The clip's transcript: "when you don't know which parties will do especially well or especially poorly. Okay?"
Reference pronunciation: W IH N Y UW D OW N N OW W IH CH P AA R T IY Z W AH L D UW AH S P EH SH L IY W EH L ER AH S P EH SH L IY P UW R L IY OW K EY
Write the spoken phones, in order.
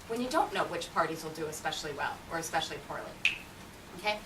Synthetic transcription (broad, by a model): W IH N Y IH D OW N N OW W IH CH P AA R T IY Z W AH L D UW AH S P EH SH L IY W EH L ER AH S P EH SH L IY P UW R L IY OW K EY